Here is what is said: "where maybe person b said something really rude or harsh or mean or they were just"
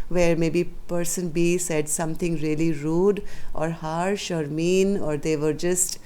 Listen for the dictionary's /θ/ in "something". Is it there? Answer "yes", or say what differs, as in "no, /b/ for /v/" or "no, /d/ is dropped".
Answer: no, /t/ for /θ/